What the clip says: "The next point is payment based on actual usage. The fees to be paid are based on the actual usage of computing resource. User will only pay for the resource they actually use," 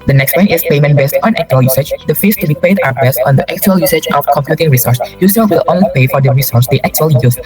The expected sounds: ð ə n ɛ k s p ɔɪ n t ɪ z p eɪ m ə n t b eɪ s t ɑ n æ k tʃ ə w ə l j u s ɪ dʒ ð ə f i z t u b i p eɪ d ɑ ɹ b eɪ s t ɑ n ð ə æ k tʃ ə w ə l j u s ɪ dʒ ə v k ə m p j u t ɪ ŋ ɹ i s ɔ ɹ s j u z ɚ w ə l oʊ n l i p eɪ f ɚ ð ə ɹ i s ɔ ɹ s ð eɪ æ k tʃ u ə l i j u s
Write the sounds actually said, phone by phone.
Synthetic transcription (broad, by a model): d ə n ɛ k s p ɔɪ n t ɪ s p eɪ m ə n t b eɪ s t ɑ n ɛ k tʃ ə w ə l j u s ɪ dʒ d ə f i s t u b i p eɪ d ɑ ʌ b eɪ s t ɑ n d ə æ k tʃ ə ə l j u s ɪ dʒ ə f k ə m p j u t ɪ ŋ ɹ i s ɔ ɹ s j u s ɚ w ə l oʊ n l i p eɪ f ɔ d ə ɹ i s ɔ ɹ s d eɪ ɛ k tʃ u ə l i j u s